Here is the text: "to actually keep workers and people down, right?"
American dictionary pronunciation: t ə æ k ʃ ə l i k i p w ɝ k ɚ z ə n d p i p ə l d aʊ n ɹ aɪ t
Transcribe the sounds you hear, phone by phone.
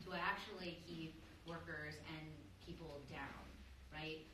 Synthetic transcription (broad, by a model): t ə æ k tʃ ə l i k i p w ɝ k ɚ z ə n p i p l d aʊ n ɹ aɪ t